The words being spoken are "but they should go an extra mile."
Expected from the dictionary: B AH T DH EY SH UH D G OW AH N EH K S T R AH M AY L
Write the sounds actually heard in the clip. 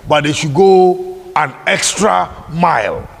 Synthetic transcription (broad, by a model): B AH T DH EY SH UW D G OW AH N EH K S T R AH M AY L